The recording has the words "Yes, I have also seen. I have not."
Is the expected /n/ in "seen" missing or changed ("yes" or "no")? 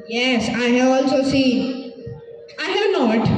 yes